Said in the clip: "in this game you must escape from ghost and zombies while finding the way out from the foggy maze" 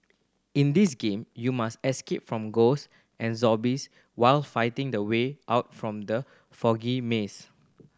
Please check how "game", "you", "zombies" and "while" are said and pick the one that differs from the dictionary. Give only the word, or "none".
zombies